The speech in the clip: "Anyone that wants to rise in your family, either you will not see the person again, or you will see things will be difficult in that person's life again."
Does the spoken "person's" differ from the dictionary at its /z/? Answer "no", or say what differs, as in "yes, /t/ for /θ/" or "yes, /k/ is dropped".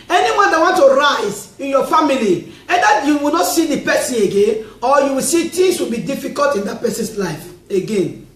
yes, /s/ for /z/